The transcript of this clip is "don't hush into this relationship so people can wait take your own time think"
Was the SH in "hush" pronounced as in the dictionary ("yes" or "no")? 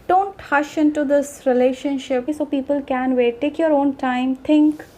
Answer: yes